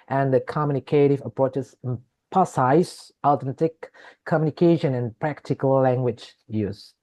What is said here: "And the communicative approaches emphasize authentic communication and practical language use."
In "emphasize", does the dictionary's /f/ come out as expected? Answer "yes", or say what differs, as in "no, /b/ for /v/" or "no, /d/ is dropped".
no, /p/ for /f/